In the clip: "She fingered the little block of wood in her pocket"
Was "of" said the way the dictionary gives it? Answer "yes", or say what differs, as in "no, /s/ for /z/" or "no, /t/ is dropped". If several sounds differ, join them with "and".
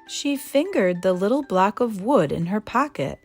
yes